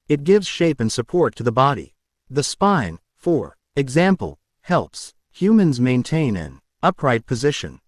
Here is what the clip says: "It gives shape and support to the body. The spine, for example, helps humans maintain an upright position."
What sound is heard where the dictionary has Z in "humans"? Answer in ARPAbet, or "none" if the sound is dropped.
Z